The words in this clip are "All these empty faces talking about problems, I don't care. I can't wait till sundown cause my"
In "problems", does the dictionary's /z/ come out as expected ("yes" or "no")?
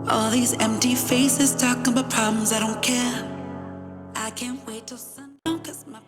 yes